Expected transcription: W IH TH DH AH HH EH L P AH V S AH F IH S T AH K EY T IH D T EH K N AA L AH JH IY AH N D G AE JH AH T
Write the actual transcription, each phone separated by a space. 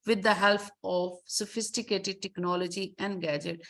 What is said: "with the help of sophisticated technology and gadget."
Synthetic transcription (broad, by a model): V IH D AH HH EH L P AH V S AH F IH S T AH K EY T IH D T EH K N AA L AH JH IY AH N D G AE JH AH T